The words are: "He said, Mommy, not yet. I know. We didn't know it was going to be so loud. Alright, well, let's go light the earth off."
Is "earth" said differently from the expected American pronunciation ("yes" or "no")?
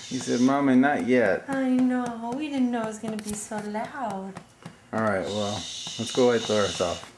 yes